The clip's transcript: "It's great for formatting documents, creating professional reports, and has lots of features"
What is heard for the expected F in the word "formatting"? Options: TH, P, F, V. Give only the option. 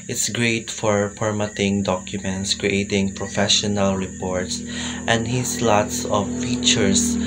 P